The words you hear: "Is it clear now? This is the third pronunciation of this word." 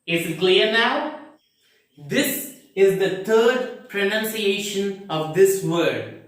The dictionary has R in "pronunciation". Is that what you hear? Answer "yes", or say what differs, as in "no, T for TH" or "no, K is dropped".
yes